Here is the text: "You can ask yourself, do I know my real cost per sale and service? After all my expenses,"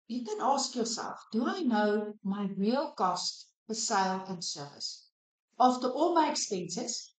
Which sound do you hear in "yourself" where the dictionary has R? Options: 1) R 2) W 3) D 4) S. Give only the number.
2